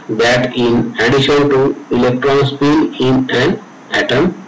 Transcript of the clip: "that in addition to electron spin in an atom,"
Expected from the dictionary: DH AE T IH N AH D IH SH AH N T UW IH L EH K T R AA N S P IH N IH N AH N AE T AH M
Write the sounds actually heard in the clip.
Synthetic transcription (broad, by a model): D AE T IH N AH D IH SH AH N T UW IH L EH K T R AA N S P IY L IH N AH N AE T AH M